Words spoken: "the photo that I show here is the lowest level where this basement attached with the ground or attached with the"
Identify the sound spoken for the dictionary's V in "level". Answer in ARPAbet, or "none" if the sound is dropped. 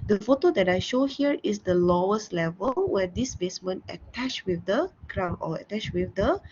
V